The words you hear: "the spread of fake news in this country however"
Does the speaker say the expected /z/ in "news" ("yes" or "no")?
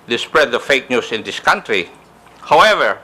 no